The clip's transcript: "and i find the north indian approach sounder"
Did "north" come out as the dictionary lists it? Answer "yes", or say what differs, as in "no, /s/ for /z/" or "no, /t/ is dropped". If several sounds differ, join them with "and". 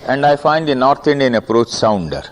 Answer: no, /t/ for /θ/